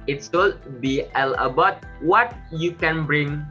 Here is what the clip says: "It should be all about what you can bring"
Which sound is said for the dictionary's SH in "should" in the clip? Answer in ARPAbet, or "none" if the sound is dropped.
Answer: S